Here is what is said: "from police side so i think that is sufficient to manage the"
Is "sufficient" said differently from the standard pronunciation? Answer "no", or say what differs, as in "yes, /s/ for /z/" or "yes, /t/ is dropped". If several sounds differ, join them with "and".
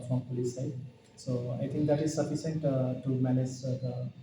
yes, /s/ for /ʃ/